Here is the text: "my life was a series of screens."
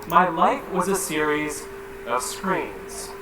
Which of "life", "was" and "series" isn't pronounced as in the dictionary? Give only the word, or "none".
none